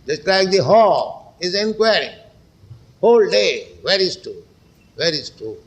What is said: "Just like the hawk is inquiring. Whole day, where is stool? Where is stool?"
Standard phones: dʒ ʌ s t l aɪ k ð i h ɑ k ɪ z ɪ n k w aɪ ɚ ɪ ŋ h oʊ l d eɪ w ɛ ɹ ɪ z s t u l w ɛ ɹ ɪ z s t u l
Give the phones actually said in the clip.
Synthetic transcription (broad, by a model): dʒ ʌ s t l aɪ k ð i h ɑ ɪ z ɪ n k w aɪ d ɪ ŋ h oʊ l d eɪ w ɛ ɹ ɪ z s t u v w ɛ ɹ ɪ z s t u